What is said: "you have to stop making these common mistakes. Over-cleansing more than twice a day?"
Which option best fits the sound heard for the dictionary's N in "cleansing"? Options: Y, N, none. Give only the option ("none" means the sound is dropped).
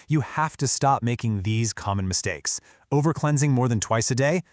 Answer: N